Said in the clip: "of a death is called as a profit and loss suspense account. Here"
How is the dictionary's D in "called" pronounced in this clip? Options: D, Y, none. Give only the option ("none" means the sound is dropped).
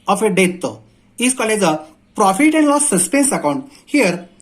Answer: none